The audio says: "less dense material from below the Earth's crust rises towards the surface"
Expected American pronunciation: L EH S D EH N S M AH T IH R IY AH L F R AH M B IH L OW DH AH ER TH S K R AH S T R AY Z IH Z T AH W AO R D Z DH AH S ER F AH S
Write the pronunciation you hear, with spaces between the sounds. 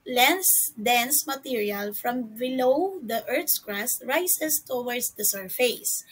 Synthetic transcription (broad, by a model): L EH S D EH N S M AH T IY R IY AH L F R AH M B IH L OW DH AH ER T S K R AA S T R AY S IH S T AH W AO R D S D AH S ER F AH S